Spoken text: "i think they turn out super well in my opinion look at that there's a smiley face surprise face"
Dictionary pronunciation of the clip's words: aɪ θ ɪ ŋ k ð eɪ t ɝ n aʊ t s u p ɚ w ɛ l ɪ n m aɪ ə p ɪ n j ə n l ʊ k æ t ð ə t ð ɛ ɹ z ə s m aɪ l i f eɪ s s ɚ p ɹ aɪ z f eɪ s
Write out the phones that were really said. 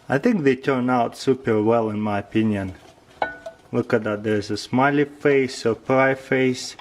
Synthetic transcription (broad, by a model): aɪ θ ɪ ŋ k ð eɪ t ɝ n aʊ t s u p ɚ w ɛ l ɪ n m aɪ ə p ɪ n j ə n l ʊ k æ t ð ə t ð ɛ ɹ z ə s m aɪ l i f eɪ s s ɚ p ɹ aɪ f eɪ s